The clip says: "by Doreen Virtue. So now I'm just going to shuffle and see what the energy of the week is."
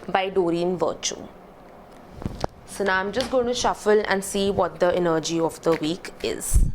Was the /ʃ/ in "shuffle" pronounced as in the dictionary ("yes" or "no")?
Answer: yes